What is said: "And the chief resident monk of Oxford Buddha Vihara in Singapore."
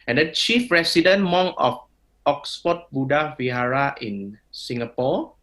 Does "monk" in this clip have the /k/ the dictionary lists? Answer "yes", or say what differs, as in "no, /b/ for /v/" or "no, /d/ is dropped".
no, /k/ is dropped